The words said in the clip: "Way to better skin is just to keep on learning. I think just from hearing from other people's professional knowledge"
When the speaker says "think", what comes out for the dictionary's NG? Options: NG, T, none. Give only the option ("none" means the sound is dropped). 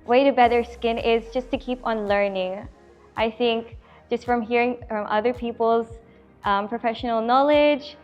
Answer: NG